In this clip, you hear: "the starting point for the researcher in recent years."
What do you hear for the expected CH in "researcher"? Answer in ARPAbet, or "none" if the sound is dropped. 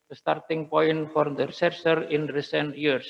S